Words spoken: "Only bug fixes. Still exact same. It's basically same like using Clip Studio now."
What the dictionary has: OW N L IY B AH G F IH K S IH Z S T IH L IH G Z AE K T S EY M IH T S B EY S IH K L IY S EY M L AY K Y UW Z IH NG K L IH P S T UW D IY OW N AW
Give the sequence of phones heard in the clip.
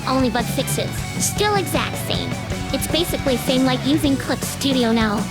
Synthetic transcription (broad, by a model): OW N L IY B AH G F IH K S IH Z S T IH L IH G Z AE K T S EY M IH T S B EY S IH K L IY S EY M L AY K Y UW Z IH NG K L IH P S T UW D IY OW N AW